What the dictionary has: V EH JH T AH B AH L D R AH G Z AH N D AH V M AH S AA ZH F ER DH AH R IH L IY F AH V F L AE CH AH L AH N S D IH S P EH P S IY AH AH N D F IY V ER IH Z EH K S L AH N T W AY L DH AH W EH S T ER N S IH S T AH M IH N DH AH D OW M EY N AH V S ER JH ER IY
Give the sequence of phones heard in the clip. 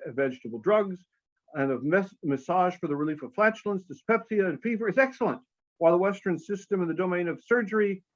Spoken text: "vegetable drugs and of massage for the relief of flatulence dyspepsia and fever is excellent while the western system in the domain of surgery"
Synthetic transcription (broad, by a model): V EH JH T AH B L D R AH G Z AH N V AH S M AH S AA ZH F ER DH AH R IH L IY F AH V F L AE CH L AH N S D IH S P EH P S IY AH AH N F IY V ER IH Z EH K S L AH N T W AY L DH AH W EH S T ER N S IH S T AH M IH N DH AH D OW M EY N AH V S ER JH ER IY